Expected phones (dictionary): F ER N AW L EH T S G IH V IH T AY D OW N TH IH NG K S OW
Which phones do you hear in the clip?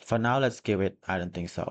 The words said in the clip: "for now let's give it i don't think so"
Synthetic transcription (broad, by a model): F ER N AW L EH T S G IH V IH T AY D OW N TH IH NG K S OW